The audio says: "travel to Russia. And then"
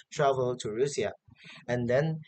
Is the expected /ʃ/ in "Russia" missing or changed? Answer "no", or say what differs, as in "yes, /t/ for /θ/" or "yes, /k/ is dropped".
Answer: yes, /s/ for /ʃ/